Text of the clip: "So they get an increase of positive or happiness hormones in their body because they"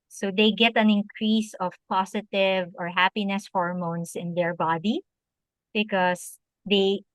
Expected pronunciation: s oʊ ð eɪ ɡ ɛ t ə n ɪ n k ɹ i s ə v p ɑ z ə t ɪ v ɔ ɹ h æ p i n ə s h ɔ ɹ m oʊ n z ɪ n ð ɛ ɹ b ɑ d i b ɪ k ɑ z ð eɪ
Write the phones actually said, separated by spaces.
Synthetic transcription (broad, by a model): s oʊ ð eɪ ɡ ɛ t ə n ɪ n k ɹ i s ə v p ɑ s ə t ɪ v ɔ ɹ h æ p i n ə s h ɔ ɹ m oʊ n s ɪ n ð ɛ ɹ b ɑ d i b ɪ k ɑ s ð eɪ